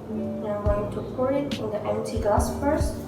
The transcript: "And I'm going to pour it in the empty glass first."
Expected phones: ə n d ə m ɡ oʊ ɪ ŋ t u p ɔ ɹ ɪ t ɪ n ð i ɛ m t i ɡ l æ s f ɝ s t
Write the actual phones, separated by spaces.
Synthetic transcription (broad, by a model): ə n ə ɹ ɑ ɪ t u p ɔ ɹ ɪ t ɪ n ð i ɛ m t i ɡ ɑ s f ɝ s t